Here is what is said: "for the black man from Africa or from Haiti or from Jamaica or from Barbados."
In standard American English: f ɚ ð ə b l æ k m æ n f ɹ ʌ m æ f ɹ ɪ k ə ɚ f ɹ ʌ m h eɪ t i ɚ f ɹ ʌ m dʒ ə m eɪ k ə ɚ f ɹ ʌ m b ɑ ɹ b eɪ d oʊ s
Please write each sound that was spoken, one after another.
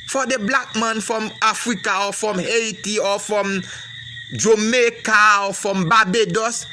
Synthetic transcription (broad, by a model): f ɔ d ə b l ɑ k m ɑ n f ɹ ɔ m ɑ f ɹ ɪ k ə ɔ f ɹ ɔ m h eɪ t i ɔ f ɹ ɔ m dʒ ə m eɪ k ə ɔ f ɹ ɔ m b ɑ b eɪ d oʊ s